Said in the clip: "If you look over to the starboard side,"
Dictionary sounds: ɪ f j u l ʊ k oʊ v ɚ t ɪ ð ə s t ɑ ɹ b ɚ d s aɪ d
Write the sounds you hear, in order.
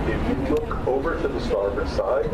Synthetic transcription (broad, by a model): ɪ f j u l ʊ k oʊ v ɚ t ɪ ð ə s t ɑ ɹ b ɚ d s aɪ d